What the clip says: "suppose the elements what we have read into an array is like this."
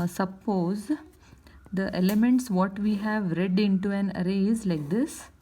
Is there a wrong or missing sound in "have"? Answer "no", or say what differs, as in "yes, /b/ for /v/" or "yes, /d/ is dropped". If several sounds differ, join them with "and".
no